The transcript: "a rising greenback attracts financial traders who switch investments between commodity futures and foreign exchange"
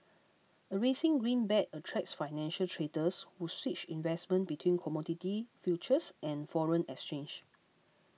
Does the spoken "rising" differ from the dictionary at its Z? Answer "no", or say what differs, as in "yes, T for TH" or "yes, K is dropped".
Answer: yes, S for Z